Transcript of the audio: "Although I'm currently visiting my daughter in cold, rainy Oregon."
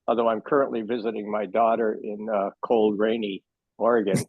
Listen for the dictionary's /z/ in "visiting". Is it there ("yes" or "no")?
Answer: yes